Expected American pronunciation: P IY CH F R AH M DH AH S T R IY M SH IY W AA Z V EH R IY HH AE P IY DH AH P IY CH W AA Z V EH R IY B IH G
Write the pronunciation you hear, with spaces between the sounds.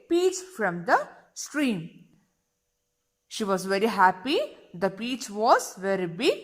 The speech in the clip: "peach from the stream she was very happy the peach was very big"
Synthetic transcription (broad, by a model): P IY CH F R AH M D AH S T R IY M SH IY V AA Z V EH R IY HH AE P IY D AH P IY CH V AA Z V EH R IY B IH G